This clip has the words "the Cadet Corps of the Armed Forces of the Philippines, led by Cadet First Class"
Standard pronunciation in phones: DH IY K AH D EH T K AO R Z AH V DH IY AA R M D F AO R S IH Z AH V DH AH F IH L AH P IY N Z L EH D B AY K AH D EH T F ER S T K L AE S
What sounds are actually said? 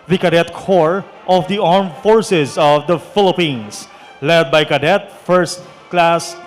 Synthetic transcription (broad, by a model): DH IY K AH D EH T K AO R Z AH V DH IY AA R M F AO R S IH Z AH V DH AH F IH L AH P IY N S L EH D B AY K AH D EH T F ER S T K L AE S